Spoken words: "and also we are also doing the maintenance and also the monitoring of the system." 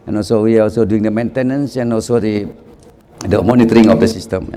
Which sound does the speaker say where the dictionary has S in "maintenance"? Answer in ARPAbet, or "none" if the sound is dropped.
S